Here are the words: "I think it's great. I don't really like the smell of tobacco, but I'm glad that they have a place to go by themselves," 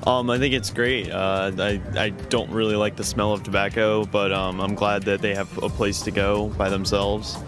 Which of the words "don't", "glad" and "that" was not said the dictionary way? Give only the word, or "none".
none